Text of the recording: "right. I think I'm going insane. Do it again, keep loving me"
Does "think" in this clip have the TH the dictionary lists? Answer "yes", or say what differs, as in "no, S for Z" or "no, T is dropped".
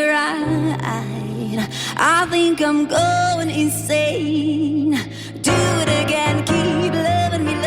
yes